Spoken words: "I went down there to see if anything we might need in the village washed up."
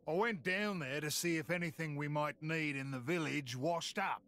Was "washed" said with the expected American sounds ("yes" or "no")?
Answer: yes